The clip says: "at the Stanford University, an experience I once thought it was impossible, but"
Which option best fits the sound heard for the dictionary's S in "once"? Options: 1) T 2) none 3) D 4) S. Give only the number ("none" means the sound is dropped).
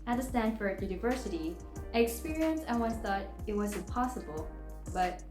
2